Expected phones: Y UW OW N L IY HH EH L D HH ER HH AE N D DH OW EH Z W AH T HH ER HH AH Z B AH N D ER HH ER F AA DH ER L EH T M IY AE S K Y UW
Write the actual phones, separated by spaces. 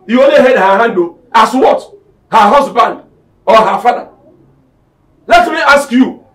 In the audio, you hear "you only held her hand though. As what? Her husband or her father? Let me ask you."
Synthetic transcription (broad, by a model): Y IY OW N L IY HH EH D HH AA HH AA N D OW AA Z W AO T HH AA HH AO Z B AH N D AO HH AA F AA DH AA L EH T M IY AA S K Y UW